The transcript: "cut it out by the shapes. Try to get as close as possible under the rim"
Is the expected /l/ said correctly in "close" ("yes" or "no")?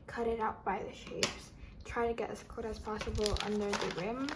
no